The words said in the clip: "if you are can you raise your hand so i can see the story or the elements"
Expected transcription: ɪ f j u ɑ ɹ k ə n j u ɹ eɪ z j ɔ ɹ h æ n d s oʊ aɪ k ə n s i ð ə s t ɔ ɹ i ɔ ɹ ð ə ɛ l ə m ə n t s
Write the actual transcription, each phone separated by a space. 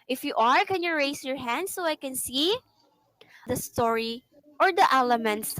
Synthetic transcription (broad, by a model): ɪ f j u ɑ ɹ k ə n j u ɹ eɪ s j ɔ ɹ h æ n d s oʊ aɪ k ə n s i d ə s t ɔ ɹ i ɔ ɹ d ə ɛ l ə m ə n t s